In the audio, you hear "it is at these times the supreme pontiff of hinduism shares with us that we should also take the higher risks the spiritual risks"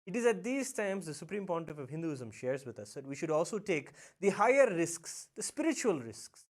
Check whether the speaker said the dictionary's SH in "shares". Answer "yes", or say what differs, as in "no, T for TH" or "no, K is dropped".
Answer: yes